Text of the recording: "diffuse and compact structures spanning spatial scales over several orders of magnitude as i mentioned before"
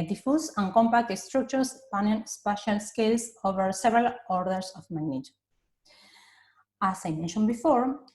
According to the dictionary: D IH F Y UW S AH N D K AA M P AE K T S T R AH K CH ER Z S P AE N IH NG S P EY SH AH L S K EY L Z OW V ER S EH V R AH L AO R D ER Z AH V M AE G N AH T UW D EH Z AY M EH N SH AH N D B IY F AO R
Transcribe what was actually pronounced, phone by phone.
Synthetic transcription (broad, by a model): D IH F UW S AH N K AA M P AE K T S T R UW K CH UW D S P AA N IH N S P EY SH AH L S K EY L S OW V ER S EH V R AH L AO R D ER S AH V M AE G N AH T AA S AY M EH N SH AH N B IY F AO R